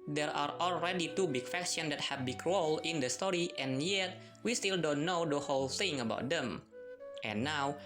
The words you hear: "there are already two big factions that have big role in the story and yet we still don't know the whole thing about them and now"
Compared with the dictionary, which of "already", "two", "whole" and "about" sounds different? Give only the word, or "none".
none